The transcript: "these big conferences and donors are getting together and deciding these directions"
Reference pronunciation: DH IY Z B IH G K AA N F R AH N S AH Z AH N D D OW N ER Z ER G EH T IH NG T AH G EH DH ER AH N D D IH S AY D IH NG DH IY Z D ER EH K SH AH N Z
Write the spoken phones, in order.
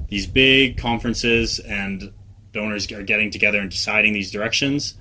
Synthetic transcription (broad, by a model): DH IY Z B IH G K AA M F R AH N S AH Z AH N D D OW N ER Z ER G EH T IH NG T AH G EH DH ER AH N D D IH S AY D IH NG DH IY Z D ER EH K SH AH N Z